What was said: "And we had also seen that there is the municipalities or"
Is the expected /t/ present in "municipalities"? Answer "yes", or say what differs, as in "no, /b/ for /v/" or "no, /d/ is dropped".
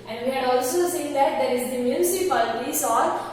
no, /s/ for /t/